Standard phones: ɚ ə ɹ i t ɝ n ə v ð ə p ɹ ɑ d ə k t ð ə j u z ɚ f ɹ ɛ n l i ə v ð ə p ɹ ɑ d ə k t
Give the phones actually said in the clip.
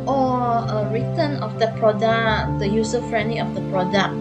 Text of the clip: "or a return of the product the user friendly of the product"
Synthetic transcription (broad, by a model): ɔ ə ɹ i t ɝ n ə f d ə p ɹ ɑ d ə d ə j u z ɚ f ɹ ɛ n l i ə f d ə p ɹ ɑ d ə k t